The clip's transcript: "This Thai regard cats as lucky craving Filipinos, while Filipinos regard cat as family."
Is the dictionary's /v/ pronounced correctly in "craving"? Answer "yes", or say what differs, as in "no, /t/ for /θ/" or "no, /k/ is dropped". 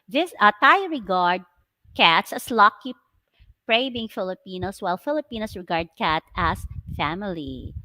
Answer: no, /b/ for /v/